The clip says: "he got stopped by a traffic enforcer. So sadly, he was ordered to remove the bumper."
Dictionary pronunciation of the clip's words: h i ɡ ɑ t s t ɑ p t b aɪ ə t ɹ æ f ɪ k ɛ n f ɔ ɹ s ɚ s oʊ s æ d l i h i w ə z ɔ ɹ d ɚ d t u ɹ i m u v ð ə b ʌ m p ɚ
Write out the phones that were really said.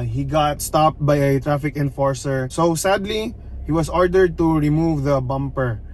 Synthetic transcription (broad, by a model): h i ɡ ɑ t s t ɑ p t b aɪ ə t ɹ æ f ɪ k ɛ n f ɔ ɹ s ɚ s oʊ s æ d l i h i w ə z ɔ ɹ d ɚ d t u ɹ i m u v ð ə b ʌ m p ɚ